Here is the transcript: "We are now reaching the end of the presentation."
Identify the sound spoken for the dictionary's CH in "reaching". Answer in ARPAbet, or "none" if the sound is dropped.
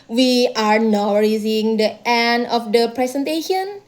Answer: S